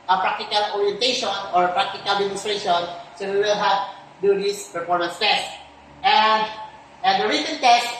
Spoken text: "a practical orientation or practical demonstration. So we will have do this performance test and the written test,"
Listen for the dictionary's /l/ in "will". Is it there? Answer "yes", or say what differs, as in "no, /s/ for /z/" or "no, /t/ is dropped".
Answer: yes